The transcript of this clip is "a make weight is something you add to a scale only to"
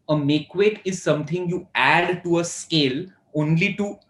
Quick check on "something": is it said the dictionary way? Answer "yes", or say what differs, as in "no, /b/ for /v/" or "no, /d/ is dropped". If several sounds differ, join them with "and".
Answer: no, /t/ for /θ/